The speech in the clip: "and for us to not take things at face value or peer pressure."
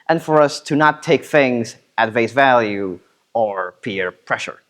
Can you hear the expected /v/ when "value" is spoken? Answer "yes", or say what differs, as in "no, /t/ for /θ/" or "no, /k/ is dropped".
yes